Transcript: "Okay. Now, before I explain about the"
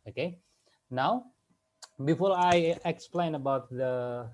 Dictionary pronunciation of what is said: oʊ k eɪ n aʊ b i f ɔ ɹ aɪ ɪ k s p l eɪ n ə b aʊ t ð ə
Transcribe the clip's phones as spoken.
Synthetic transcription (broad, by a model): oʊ k eɪ n aʊ b i f ɔ ɹ aɪ ɪ k s p l eɪ n ə b aʊ t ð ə